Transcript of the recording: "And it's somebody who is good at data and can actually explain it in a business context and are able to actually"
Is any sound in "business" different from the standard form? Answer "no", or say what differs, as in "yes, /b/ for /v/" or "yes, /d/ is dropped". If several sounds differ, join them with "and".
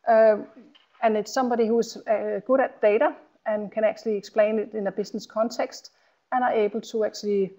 yes, /s/ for /z/